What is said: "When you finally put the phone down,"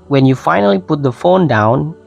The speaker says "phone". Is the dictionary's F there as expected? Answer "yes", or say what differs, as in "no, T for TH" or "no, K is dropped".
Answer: yes